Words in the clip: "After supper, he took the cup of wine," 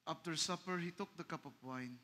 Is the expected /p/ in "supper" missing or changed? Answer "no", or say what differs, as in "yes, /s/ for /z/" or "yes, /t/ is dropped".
no